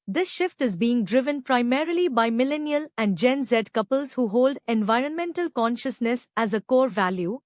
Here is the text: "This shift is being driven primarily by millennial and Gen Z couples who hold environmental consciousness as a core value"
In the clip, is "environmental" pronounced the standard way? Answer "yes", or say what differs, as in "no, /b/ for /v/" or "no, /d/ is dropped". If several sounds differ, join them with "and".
yes